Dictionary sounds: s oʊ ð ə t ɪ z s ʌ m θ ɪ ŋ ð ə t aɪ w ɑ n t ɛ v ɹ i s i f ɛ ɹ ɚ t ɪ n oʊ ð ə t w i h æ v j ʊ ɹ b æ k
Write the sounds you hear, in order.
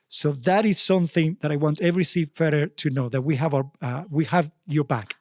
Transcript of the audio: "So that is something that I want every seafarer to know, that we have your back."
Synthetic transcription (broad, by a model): s oʊ ð ə t ɪ z s ʌ m θ ɪ ŋ ð ə t aɪ w ɑ n t ɛ v ɹ i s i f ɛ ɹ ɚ t ɪ n oʊ ð ə t w i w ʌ v j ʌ ɹ b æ k